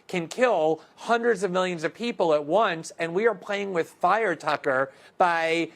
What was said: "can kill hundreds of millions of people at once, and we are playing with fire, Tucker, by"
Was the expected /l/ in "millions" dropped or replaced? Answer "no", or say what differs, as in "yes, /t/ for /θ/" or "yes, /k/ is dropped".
no